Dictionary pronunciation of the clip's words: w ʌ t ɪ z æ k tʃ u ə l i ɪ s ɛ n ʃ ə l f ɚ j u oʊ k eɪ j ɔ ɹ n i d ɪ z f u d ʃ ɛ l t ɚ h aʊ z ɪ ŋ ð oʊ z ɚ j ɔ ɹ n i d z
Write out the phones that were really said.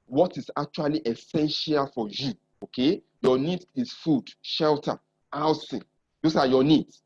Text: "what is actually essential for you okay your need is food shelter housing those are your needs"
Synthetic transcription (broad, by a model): w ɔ t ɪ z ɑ k tʃ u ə l i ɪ s ɛ n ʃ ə l f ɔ j u oʊ k eɪ j ɔ n i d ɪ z f u d ʃ ɛ l t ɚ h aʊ s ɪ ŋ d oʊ s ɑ j ɔ n i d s